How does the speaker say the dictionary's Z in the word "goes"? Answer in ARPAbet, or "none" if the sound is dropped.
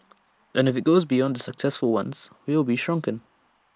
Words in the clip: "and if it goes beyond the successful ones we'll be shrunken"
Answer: Z